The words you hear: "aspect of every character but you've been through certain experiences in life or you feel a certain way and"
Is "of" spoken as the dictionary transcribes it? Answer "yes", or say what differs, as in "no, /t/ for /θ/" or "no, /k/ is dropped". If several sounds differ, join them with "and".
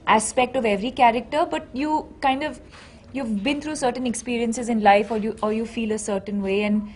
yes